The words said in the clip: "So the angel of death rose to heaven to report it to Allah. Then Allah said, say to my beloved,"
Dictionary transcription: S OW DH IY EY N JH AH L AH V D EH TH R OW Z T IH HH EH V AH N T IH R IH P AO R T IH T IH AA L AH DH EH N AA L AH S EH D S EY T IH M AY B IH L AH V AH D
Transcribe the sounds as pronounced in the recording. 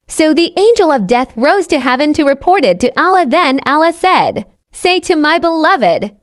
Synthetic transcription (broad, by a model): S OW DH IY EY N JH AH L AH V D EH TH R OW Z T IH HH EH V AH N T IH R IH P AO R T IH T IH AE L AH DH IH N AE L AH S EH D S EY T IH M AY B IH L AH V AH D